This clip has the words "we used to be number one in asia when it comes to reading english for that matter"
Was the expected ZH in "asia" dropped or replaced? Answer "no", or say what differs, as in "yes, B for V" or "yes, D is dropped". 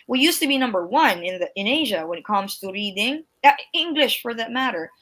no